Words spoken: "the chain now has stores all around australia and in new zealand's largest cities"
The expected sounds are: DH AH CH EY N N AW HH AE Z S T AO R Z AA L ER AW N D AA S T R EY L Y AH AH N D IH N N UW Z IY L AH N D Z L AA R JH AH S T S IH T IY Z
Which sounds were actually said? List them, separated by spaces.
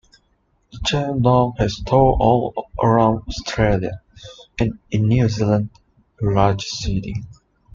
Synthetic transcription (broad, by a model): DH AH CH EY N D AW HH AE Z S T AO AA L ER AW N D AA S T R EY L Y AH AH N IH N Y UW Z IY L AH N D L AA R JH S S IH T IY